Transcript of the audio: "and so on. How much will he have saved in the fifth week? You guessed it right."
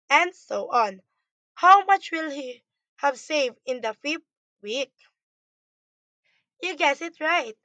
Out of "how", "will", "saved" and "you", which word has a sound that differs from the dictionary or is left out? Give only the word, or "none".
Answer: none